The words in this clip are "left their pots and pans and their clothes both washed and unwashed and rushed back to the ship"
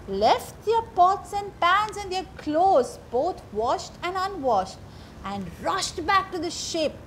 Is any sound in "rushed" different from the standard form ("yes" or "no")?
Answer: no